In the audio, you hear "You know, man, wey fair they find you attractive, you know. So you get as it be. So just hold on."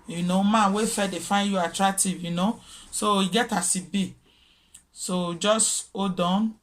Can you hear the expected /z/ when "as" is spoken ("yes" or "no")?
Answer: no